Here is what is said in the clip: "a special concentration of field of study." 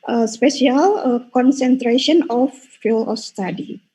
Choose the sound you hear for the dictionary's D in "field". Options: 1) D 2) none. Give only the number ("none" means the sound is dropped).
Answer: 2